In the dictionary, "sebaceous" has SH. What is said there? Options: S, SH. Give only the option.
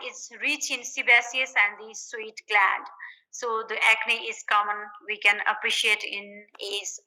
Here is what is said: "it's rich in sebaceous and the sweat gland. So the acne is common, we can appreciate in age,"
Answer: S